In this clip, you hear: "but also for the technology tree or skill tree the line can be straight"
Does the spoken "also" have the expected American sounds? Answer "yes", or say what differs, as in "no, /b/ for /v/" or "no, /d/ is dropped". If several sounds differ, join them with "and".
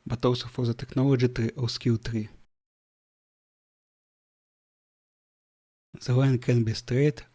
no, /w/ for /l/